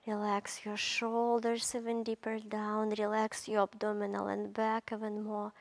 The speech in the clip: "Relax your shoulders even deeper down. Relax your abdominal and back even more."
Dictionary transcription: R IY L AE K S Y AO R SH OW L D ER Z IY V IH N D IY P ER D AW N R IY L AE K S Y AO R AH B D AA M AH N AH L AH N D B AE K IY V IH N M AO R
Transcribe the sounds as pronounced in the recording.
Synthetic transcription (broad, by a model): R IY L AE K S Y AO R SH OW L D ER S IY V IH N D IY P ER D AW N R IY L AE K S Y AO R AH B D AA M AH N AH L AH N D B AE K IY V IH N M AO R